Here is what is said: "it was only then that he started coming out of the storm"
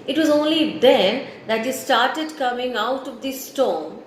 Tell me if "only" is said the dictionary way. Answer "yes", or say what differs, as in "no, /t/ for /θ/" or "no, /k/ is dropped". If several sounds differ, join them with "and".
yes